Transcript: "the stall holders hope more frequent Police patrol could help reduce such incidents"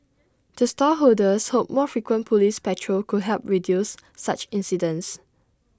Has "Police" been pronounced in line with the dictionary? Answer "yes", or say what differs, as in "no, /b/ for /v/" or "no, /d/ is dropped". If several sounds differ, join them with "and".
yes